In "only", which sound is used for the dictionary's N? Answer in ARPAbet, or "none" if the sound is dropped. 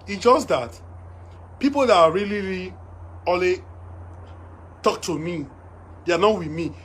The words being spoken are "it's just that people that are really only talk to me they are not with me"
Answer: none